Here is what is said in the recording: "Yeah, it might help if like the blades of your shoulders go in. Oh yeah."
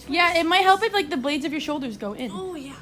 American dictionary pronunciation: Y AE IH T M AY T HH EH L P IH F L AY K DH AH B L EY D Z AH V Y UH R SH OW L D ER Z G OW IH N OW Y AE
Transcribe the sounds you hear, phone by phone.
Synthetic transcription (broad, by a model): Y AE IH T M AY T HH EH L P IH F L AY K DH AH B L EY D Z AH V Y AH R SH OW L D ER Z G OW IH N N Y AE